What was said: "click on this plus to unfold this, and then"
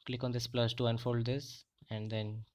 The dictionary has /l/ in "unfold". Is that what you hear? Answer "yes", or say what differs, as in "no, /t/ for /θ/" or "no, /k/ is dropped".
yes